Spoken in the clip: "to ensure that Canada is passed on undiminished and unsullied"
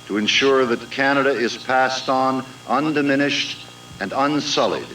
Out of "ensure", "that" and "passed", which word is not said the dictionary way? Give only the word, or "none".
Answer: none